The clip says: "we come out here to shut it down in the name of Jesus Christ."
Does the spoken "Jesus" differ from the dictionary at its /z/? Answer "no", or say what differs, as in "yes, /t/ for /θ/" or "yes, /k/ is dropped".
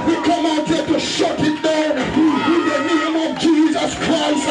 no